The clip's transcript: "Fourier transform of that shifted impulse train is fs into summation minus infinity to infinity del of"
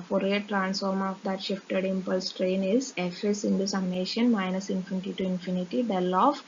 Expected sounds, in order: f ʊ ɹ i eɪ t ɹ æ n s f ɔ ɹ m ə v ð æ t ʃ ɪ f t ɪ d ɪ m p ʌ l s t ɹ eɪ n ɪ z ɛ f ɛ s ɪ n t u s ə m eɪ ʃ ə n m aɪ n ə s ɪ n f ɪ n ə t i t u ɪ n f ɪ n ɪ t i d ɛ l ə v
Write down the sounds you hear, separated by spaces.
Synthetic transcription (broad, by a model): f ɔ ɹ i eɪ t ɹ æ n s f ɔ ɹ m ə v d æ t ʃ ɪ f t ɪ d ɪ m p ʌ l s t ɹ eɪ n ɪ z ɛ f ɛ s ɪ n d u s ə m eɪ ʃ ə n m aɪ n ə s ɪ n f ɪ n t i t u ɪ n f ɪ n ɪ t i d ɛ l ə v